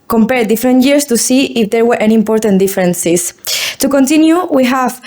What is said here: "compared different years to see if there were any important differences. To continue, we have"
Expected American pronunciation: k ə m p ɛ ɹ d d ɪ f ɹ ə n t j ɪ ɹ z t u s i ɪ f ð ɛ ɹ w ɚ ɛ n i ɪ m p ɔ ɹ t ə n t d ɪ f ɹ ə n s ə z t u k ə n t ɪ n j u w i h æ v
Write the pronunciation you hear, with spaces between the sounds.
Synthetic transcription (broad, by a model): k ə m p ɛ ɹ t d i f ɹ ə n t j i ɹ s t u s i ɪ f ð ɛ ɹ w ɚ ɛ n i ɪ m p ɔ ɹ t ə n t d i f ɹ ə n s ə s t u k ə n t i n j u w i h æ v